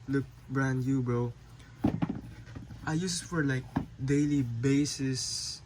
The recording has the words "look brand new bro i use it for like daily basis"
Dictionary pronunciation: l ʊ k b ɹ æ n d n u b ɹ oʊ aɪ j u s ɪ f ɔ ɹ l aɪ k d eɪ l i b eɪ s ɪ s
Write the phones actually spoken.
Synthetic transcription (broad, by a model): l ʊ k b ɹ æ n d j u b ɹ oʊ aɪ j u s f ɔ ɹ l aɪ k d eɪ l i b eɪ s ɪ s